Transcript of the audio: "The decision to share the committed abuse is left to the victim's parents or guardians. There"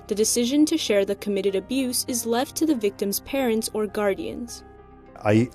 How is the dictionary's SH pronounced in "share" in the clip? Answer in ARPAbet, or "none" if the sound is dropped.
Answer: SH